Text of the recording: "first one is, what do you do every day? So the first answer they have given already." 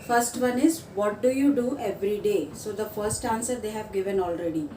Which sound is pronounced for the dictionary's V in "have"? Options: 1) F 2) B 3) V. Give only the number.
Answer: 3